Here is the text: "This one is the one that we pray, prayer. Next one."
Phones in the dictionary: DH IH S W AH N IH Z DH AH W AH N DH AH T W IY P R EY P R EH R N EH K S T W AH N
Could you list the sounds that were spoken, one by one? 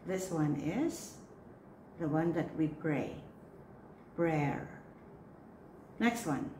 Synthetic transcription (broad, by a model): DH IH S W AH N IH Z DH AH W AH N DH AH T W IY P R EY B R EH R N EH K S T W AH N